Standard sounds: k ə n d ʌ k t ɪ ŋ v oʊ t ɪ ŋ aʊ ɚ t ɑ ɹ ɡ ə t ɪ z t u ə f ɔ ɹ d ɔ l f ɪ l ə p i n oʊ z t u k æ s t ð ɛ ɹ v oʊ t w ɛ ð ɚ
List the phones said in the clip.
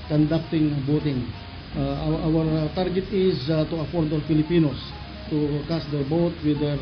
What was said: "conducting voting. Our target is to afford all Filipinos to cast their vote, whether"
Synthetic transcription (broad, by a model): k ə n d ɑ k t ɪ ŋ b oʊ t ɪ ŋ aʊ ɚ t ɑ ɹ ɡ ə t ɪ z t u ə f ɔ ɹ d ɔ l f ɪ l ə p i n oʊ s t u k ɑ s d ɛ ɹ b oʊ t w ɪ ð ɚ